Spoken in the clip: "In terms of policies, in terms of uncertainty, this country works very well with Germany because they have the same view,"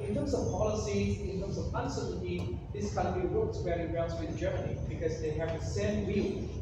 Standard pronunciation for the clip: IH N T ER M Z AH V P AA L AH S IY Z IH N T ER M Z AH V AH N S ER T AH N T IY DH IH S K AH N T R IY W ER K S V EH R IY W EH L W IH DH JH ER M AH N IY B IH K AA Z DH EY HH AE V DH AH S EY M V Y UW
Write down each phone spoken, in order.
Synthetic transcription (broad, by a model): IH N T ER M S AH V P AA L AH S IY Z IH N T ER M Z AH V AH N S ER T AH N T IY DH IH S K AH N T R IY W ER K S W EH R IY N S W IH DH JH ER M AH N IY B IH K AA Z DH EY HH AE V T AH S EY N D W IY